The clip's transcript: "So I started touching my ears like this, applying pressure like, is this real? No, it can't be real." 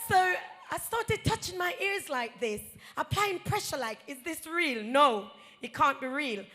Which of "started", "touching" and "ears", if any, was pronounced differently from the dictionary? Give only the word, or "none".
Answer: none